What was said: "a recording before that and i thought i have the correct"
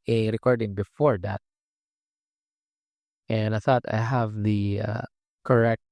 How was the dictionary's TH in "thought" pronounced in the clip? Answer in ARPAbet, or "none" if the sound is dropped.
TH